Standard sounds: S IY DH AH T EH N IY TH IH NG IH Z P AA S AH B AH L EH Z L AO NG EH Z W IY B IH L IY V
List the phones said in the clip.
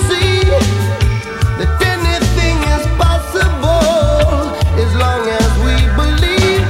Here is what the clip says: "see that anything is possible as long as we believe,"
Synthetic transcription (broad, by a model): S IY DH AH T EH N IY TH IH NG IH Z P AA S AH B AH Z L AO NG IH Z W IY B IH L IY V